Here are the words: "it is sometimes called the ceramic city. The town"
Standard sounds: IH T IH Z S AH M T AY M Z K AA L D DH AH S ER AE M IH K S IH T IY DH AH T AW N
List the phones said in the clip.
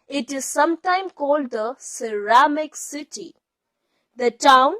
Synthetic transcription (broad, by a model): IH T IH Z S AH M T AY M K AA L D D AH S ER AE M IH K S IH T IY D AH T AW N